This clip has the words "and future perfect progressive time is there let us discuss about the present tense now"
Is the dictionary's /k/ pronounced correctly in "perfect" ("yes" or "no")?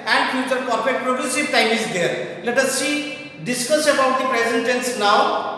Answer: no